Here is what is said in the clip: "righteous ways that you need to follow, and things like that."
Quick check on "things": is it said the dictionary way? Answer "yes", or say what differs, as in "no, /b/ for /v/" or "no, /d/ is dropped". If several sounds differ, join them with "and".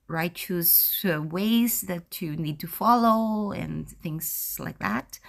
yes